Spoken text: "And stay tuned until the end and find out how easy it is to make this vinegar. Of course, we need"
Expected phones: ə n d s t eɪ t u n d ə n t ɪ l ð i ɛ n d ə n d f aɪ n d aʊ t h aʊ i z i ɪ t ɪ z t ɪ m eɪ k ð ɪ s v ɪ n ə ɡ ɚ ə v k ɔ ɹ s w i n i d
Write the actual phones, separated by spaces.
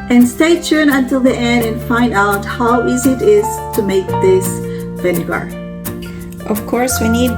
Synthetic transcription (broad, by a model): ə n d s t eɪ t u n ə n t ɪ l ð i ɛ n d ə n f aɪ n d aʊ t h aʊ i z i ɪ t ɪ z t ɪ m eɪ k ð ɪ s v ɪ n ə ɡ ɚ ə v k ɔ ɹ s w i n i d